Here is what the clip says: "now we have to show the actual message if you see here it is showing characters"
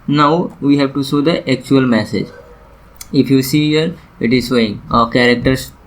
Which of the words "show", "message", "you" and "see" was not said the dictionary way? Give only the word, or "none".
show